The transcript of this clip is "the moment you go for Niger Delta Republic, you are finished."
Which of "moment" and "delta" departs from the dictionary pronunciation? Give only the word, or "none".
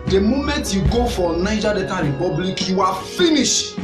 delta